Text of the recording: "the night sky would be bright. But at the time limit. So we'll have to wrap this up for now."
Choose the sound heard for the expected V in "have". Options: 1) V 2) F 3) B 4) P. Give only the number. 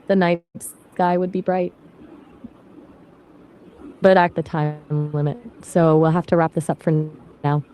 2